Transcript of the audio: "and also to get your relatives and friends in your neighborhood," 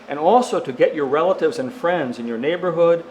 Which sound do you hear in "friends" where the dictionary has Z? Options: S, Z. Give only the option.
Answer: Z